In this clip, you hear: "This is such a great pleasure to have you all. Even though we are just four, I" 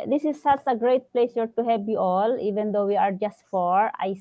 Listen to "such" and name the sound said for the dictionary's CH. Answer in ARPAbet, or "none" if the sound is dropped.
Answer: S